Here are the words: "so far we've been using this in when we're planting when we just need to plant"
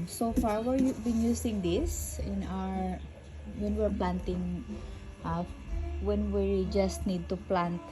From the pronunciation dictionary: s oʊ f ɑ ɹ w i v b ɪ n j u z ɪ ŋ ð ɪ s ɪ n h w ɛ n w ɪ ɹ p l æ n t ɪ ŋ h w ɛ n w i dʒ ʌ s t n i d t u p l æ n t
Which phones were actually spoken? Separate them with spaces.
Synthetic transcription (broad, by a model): s oʊ f ɑ ɹ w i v b ɪ n j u s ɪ ŋ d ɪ s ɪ n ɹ w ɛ n w ɪ ɹ p l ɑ n t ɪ ŋ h w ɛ n w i dʒ ʌ s t n i d t u p l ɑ n t